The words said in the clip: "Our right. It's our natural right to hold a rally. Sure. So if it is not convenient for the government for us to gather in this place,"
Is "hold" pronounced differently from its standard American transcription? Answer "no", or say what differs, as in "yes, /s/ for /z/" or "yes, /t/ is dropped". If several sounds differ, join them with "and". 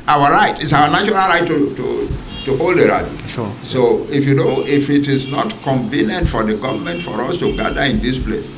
no